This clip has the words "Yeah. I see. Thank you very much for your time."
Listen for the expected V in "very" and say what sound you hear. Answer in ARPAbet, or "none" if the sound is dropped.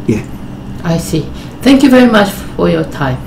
V